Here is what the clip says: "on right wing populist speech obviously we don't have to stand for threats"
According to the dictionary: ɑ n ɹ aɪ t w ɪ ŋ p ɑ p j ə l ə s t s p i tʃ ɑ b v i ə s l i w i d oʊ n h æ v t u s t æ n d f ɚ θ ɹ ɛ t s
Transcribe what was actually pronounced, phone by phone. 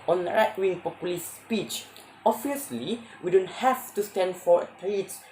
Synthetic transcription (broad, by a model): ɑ n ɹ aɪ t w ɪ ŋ p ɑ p j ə l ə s s p i tʃ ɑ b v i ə s l i w i d oʊ n h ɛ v t u s t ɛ n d f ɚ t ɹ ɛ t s